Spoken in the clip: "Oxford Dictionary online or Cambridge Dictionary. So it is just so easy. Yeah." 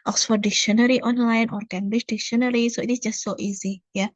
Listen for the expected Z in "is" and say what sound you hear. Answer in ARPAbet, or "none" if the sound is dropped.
S